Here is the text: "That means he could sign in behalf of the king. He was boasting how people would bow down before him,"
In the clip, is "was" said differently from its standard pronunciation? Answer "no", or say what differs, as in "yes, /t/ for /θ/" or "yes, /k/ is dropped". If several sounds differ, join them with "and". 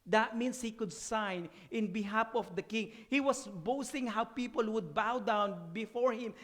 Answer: yes, /s/ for /z/